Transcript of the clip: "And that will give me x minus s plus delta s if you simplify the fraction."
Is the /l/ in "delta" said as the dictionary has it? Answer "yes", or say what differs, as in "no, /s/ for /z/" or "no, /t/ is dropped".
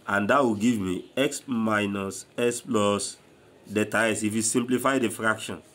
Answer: no, /l/ is dropped